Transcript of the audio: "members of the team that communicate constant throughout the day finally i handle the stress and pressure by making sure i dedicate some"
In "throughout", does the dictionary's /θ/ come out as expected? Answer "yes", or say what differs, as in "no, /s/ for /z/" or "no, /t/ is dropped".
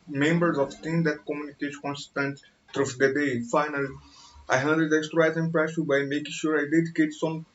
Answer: no, /t/ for /θ/